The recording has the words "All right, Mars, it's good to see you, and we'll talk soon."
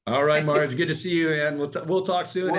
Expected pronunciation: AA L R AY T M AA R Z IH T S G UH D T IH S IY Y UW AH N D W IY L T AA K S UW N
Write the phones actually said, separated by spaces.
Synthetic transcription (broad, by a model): AA L R AY T M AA R IH T S G UH D T IH S IY Y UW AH N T W IY L T AA K S UW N